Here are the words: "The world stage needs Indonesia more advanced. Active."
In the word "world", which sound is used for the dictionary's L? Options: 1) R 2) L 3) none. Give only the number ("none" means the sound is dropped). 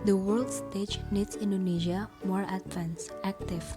2